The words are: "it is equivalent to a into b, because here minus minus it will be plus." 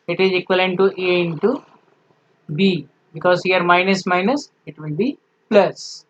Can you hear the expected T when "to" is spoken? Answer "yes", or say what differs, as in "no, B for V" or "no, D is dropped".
yes